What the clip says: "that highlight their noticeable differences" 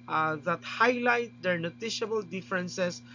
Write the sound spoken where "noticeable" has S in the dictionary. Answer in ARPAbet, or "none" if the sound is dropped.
SH